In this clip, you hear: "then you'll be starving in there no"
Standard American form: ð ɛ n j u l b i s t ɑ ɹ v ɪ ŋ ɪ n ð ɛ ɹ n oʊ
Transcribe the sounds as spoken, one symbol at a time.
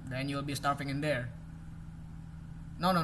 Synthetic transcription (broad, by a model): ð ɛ n j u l b i s t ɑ ɹ f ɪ ŋ ɪ n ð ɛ ɹ n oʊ